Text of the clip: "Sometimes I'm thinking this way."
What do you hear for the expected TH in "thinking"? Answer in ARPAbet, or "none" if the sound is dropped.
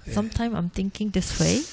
T